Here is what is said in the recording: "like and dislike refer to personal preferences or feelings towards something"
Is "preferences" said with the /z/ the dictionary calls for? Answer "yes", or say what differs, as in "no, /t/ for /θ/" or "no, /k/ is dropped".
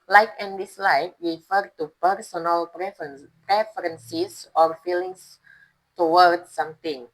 no, /s/ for /z/